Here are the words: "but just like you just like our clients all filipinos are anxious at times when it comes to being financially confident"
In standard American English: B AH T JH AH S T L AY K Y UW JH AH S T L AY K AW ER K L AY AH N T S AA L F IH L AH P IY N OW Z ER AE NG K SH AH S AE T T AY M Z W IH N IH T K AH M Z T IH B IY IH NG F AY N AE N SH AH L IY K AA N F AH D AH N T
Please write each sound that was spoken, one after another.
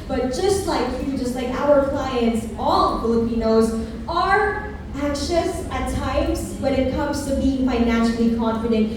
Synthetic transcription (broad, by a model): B AH T JH AH S T L AY K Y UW JH AH S T L AY K AW ER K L AY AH N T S AA L F IH L AH P IY N OW Z ER AE NG K SH AH S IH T T AY M Z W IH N IH T K AH M Z T IH B IY IH NG F AY N AE N SH L IY K AA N F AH D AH N T